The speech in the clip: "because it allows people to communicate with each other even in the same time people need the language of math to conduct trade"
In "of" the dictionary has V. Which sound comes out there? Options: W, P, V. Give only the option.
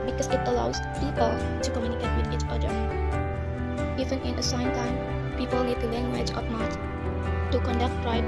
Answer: P